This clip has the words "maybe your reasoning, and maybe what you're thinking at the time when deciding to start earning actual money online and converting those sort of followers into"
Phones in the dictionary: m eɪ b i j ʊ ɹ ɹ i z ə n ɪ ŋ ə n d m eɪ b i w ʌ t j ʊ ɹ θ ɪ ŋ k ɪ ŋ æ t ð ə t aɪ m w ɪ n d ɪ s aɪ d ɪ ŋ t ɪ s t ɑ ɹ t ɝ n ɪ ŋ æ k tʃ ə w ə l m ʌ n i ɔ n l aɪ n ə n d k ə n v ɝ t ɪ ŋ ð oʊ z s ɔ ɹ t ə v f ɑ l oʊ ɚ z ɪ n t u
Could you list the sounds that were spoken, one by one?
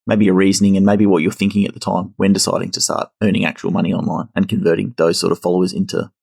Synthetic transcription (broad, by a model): m eɪ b i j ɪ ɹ ɹ i z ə n ɪ ŋ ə n m eɪ b i w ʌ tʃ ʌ ɹ θ ɪ ŋ k ɪ ŋ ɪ t ð ə t aɪ m w ɪ n d ɪ s aɪ d ɪ ŋ t ɪ s t ɑ ɹ t ɝ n ɪ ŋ æ k tʃ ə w l m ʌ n i ɔ n l aɪ n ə n k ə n v ɝ t ɪ ŋ ð oʊ z s ɔ ɹ t ə v f ɑ l oʊ ɚ z ɪ n t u